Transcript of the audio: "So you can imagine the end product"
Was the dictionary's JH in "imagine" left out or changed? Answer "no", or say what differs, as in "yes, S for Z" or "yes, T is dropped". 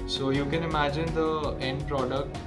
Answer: no